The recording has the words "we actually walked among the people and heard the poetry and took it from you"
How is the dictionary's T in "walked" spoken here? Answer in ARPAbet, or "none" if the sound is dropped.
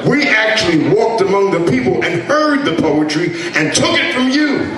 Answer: T